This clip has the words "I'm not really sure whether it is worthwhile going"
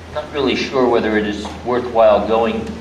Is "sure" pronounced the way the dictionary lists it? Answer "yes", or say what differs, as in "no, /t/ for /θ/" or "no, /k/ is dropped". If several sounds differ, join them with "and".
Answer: yes